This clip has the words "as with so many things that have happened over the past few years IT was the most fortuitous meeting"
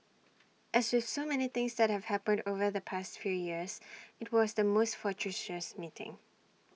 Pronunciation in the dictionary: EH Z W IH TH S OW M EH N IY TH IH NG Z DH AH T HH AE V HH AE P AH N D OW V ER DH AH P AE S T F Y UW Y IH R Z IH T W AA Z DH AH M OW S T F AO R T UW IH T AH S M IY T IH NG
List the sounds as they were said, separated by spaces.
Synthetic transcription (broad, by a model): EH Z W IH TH S OW M EH N IY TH IH NG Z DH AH T HH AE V HH AE P AH N D OW V ER DH AH P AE S T F Y UW Y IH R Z IH T W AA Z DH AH M OW S T F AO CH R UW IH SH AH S M IY T IH NG